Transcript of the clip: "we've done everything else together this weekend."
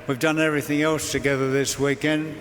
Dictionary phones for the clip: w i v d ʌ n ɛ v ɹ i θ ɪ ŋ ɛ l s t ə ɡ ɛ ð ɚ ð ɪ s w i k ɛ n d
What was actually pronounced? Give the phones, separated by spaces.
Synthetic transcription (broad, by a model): w i v d ʌ n ɛ v ɹ i θ ɪ ŋ ɛ l s t ə ɡ ɛ ð ɚ ð ɪ s w i k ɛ n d